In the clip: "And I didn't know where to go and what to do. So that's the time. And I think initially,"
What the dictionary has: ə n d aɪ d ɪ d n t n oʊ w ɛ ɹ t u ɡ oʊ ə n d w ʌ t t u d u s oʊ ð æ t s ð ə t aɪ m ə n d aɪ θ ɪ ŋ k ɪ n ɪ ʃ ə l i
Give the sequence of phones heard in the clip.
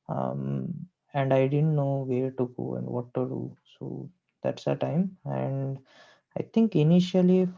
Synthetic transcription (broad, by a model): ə n d aɪ d ɪ d n t n oʊ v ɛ ɹ t u ɡ oʊ ə n d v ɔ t t u d u s oʊ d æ t s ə t aɪ m ə n d aɪ t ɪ ŋ k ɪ n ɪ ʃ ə l i